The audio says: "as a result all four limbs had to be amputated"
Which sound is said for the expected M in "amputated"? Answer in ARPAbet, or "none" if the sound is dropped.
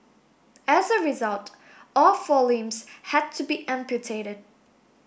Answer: M